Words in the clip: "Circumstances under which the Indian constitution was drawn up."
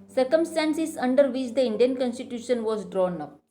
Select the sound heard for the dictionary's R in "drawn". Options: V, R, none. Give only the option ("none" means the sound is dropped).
R